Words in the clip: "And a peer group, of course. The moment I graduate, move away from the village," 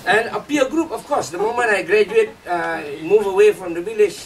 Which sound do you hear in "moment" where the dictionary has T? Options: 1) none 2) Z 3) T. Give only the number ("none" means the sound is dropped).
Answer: 1